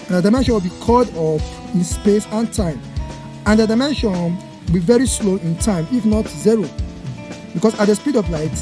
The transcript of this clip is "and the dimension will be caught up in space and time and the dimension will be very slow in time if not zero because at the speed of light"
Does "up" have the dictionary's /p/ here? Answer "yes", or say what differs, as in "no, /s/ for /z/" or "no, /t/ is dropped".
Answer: no, /f/ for /p/